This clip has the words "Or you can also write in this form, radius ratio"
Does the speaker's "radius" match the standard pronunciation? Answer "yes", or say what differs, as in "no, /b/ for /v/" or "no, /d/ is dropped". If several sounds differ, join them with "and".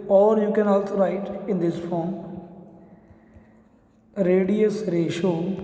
yes